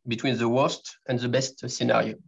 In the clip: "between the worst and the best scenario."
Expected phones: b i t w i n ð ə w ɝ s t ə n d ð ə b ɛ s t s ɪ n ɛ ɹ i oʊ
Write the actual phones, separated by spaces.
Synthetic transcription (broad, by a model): b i t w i n ð ə w ɝ s t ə n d ð ə b ɛ s t s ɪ n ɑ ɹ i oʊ